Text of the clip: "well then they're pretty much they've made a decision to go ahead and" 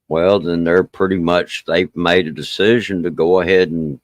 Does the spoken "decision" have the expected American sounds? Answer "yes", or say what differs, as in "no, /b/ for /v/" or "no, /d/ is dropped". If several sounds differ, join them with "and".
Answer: yes